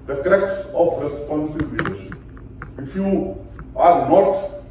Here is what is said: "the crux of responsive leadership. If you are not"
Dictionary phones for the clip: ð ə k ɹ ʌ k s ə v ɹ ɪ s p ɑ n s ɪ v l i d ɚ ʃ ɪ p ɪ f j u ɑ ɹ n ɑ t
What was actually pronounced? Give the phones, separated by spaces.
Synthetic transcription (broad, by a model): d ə k ɹ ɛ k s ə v ɹ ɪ s p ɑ n s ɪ b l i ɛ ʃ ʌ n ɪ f j u ɑ ɹ n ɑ t